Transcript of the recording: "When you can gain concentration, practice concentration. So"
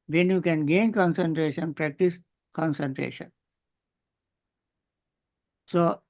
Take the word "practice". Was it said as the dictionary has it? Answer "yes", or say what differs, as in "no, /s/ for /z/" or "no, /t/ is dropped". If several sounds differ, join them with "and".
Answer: yes